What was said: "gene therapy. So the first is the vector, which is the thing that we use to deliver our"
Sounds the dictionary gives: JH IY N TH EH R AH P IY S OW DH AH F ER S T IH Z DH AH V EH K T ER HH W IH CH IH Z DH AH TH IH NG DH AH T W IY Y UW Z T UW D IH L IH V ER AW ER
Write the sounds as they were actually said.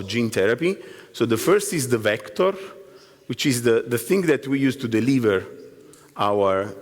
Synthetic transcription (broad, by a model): JH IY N T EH R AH P IY S OW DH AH F ER S T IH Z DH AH V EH K T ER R W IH CH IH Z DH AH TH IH NG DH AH T W IY Y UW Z T UW D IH L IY V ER AW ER